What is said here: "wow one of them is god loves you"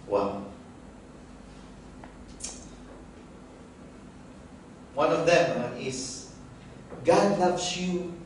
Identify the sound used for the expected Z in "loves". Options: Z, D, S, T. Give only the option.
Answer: S